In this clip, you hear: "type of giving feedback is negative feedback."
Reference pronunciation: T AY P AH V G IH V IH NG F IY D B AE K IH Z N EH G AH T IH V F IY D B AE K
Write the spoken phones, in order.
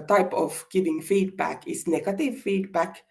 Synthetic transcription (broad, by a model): T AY P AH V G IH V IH NG F IY D B AE K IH S N EH G AH T IH V F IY D B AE K